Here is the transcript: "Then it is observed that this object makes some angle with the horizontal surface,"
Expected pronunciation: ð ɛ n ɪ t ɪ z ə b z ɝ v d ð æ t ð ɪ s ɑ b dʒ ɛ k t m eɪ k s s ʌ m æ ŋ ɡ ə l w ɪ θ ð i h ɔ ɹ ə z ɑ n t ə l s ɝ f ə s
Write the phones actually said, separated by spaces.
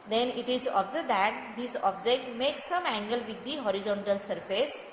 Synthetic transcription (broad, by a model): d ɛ n ɪ t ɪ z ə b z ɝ d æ t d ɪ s ɑ b dʒ ɛ k t m eɪ k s s ʌ m æ ŋ ɡ ə l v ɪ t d i h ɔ ɹ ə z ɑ n t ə l s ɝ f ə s